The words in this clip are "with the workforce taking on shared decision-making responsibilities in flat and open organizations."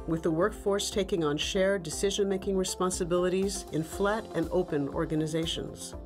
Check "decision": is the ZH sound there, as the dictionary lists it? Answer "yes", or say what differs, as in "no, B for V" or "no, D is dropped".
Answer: yes